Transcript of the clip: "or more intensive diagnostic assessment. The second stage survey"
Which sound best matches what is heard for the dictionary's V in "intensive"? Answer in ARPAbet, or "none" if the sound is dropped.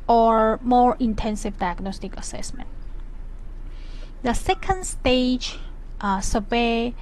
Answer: V